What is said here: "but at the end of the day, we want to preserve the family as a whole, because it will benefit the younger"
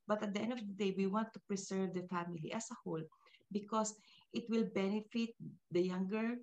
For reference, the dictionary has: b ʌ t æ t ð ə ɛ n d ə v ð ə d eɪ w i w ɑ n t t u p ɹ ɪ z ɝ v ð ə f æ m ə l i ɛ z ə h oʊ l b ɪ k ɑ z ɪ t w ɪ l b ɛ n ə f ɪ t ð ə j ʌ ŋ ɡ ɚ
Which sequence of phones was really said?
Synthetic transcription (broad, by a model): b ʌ t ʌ t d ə ɛ n d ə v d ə d eɪ w i w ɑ n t t u p ɹ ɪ s ɝ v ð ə f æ m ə l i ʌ s ə h oʊ l b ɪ k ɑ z ɪ t w ɪ l b ɛ n ə f ɪ t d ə j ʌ ŋ ɡ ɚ